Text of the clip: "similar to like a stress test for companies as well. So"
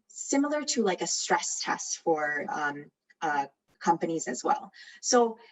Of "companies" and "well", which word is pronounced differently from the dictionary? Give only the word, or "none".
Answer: none